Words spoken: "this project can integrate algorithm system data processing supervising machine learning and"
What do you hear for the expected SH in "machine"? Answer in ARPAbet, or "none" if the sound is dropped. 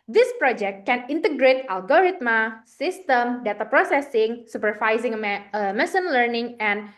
S